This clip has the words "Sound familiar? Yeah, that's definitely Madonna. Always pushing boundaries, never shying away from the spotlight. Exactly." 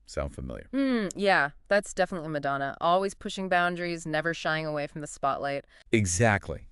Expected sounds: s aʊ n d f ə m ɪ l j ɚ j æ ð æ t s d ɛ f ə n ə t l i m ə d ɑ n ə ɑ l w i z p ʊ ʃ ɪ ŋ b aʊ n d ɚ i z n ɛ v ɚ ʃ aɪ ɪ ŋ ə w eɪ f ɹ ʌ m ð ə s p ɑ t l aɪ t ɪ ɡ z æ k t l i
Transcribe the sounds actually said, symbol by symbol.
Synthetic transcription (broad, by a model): s aʊ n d f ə m ɪ l j ɚ j æ ð æ t s d ɛ f ə n ə t l i m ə d ɑ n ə ɑ l w i z p ʊ ʃ ɪ ŋ b aʊ n d ɚ i z n ɛ v ɚ ʃ aɪ ɪ ŋ ə w eɪ f ɹ ʌ m ð ə s p ɑ t l aɪ t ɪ ɡ z æ k t l i